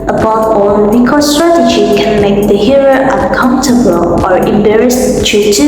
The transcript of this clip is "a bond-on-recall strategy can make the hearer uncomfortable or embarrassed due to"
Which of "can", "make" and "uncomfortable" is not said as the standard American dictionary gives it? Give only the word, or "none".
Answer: uncomfortable